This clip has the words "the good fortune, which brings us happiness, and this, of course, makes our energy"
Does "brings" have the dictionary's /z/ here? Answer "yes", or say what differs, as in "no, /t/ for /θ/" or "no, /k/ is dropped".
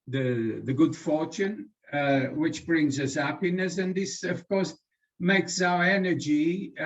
yes